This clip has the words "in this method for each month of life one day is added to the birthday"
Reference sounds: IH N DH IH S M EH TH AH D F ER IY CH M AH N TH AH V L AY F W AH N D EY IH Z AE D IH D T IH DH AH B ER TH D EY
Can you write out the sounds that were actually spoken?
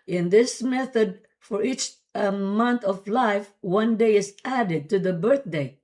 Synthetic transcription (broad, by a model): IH N DH IH S M EH TH AH D F ER IY CH M AH N TH AH V L AY F W AH N D EY IH Z AE D IH D T IH DH AH B ER TH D EY